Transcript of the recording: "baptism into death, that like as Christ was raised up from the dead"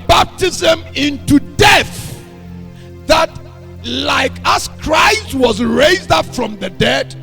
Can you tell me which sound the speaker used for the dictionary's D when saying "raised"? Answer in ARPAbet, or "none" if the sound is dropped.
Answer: D